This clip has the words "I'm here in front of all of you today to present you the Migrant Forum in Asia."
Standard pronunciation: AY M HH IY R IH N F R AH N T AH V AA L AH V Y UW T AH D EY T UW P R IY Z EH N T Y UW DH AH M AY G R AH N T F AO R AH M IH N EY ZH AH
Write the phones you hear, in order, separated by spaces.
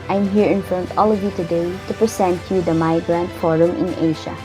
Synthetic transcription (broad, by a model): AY M HH IY R IH N F R AH N T AA L AH V Y UW T AH D EY T UW P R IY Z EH N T Y UW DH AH M AY G R AH N T F AO R AH M IH N EY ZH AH